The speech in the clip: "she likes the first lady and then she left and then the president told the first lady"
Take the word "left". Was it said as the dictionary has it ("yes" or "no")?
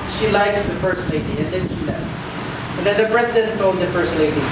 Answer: no